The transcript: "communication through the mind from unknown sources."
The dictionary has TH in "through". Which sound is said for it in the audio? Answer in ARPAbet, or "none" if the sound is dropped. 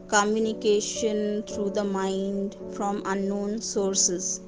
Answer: T